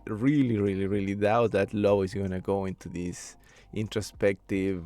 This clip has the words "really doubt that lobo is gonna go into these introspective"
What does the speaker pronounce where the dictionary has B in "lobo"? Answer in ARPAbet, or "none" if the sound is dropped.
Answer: none